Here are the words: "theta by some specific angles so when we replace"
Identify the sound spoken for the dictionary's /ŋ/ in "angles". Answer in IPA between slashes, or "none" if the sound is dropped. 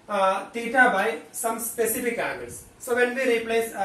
none